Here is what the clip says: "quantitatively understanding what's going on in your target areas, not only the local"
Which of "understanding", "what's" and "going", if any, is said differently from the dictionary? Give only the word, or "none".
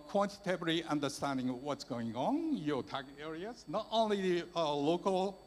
none